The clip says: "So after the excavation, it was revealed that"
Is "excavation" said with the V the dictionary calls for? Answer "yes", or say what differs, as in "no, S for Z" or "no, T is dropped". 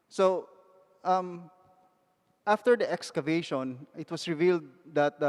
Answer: yes